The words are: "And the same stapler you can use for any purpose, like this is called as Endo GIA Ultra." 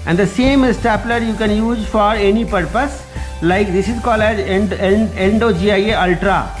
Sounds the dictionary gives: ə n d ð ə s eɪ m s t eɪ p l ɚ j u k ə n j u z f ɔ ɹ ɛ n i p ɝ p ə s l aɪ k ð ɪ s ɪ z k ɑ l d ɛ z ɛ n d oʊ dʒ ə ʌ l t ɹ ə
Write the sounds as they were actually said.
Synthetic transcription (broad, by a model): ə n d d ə s eɪ m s t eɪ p l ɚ j u k ə n j u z f ɔ ɹ ɛ n i p ɝ p ə s l aɪ k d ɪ s ɪ z k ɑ l ɛ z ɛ n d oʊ dʒ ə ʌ l t ɹ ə